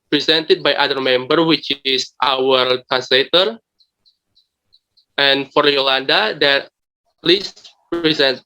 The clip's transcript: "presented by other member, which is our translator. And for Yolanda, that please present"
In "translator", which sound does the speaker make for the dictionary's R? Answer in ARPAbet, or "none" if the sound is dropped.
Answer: none